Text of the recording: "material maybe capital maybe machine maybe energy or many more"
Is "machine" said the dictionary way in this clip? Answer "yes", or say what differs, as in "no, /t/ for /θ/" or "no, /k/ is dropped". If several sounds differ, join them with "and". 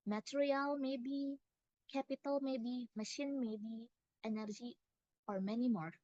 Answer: yes